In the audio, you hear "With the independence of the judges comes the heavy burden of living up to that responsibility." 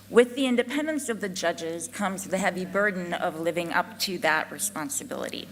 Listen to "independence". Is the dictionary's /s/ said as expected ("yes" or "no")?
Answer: yes